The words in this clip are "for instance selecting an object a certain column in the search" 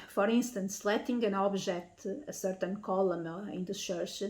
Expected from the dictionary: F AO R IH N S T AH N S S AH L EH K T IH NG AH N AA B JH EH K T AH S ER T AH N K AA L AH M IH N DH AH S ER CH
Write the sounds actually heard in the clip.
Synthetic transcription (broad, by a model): F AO R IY N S T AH N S S L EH T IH NG AH N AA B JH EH K T AH S ER T AH N K AA L AH M IH N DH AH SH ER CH